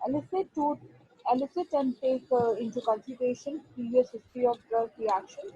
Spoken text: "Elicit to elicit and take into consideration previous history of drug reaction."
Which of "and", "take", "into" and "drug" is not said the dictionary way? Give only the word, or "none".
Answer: drug